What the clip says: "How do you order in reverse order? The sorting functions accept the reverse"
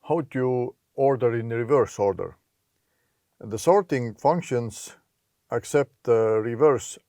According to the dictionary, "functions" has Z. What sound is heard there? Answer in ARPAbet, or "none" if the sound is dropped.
S